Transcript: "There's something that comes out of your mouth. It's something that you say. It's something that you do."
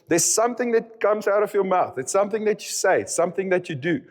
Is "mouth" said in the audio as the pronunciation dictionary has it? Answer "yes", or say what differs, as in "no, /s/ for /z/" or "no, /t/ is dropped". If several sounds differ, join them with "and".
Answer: yes